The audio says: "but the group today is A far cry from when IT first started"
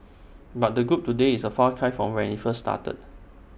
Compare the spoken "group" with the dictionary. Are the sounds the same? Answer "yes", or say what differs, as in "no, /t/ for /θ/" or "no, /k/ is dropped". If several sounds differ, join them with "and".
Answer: yes